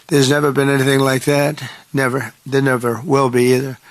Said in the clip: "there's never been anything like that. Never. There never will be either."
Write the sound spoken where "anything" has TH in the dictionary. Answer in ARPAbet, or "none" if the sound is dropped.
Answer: TH